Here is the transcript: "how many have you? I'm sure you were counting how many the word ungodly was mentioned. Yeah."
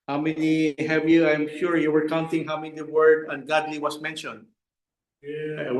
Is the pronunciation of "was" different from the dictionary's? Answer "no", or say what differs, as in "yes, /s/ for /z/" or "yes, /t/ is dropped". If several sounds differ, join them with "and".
yes, /s/ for /z/